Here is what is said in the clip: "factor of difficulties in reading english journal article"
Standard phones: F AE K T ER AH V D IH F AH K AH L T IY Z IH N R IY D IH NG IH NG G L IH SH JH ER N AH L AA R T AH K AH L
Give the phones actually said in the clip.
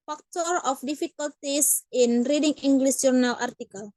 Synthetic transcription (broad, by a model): F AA K T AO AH F D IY F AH K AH L T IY S IH N R IY D IH NG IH NG G L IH S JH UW N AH L AA R T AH K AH L